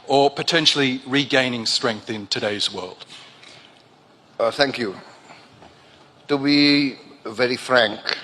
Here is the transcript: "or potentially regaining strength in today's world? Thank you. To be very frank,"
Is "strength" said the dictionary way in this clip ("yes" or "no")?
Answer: yes